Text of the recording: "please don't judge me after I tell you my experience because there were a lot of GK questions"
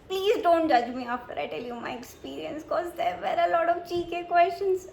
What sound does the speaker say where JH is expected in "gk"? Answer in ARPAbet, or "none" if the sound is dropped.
CH